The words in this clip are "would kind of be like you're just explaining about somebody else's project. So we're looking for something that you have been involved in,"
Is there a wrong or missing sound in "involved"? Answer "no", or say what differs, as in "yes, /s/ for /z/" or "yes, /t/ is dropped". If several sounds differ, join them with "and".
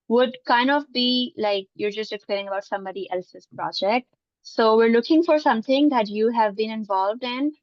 no